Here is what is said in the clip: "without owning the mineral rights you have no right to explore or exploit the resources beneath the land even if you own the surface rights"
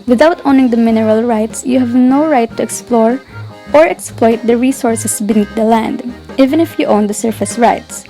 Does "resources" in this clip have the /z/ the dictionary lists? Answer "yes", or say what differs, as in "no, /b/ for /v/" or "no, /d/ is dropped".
no, /s/ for /z/